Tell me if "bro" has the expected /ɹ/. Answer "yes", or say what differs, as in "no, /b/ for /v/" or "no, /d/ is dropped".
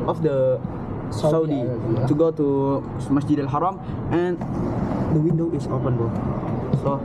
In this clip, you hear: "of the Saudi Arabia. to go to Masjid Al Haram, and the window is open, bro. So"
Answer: no, /ɹ/ is dropped